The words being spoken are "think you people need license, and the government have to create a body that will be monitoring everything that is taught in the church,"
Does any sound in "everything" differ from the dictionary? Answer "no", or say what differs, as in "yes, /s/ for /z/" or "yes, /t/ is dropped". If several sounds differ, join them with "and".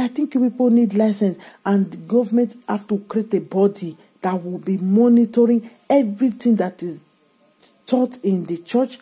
yes, /t/ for /θ/